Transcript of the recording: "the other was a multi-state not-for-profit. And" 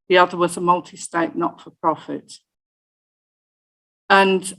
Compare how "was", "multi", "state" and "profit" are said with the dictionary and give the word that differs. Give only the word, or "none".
none